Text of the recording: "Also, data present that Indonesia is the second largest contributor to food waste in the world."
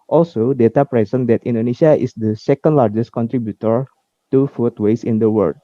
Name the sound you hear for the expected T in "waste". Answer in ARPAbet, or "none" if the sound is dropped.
none